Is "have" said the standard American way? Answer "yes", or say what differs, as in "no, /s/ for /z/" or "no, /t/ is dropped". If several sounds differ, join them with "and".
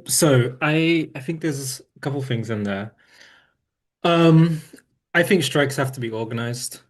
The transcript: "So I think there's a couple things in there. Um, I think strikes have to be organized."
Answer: no, /f/ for /v/